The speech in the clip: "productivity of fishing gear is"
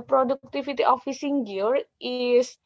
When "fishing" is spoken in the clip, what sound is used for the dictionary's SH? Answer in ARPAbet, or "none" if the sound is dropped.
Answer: S